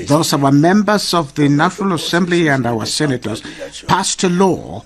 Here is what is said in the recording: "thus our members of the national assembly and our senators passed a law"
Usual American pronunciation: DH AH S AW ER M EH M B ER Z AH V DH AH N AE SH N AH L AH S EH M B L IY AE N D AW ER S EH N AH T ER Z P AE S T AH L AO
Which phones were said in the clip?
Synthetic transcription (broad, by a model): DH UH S AW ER M EH M B ER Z AH V DH AH N AE SH N AH L AH S EH M B L IY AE N D AW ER S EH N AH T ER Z P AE S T AH L AO